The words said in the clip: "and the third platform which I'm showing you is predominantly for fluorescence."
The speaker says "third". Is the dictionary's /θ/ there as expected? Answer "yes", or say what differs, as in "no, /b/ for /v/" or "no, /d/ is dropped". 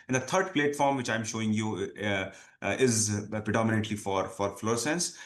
no, /t/ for /θ/